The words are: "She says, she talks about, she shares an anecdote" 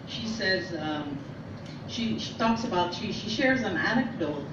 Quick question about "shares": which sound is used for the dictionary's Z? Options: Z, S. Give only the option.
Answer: Z